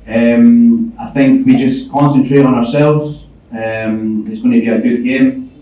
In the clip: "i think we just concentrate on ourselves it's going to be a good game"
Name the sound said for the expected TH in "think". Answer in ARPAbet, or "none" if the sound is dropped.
TH